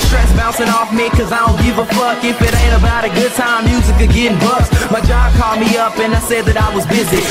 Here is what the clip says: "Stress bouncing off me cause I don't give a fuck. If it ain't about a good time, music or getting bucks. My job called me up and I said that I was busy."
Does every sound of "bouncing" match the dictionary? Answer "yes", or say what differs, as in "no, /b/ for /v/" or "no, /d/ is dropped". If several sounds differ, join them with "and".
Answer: no, /n/ is dropped